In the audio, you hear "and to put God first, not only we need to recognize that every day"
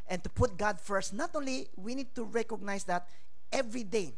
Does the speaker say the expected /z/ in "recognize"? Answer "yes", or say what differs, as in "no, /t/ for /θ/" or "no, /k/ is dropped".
no, /s/ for /z/